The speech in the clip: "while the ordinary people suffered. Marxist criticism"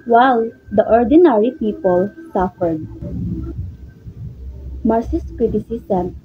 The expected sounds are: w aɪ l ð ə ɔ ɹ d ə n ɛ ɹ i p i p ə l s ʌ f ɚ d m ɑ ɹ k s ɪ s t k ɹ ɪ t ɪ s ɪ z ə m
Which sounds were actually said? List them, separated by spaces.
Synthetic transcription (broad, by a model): w aɪ l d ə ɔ ɹ d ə n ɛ ɹ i p i p ə l s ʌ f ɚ d m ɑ ɹ s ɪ s k ɹ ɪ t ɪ s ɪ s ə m